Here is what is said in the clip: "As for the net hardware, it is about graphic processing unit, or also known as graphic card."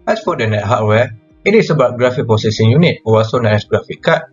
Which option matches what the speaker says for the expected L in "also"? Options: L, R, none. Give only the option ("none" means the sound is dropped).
none